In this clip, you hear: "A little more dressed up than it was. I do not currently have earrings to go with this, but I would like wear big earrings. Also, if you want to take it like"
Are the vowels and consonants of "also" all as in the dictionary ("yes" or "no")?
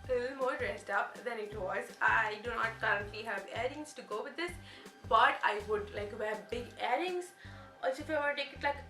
no